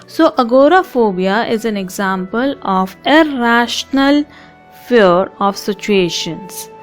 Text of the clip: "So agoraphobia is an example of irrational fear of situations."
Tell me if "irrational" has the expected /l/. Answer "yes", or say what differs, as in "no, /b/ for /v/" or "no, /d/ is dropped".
yes